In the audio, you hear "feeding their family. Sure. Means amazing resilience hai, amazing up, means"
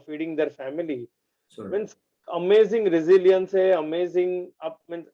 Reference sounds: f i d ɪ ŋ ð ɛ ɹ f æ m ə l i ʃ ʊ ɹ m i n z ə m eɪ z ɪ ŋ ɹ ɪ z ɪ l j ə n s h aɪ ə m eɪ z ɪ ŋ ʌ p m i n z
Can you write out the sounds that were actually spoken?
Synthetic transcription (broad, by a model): f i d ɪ ŋ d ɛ ɹ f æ m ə l i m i n s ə m eɪ z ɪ ŋ ɹ ɪ z ɪ l j ə n s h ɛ ə m eɪ z ɪ ŋ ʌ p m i n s